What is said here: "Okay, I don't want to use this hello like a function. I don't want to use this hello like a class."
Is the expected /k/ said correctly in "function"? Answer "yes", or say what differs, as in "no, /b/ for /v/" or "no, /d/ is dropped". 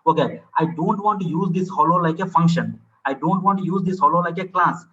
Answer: yes